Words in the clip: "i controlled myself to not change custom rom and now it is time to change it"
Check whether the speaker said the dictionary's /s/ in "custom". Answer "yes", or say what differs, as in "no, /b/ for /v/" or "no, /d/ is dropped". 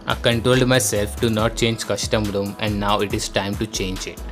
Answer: no, /ʃ/ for /s/